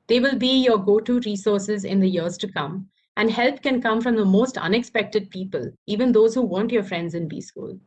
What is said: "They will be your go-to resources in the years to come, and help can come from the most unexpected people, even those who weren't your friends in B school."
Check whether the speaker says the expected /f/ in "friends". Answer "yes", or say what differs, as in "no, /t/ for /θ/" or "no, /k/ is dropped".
yes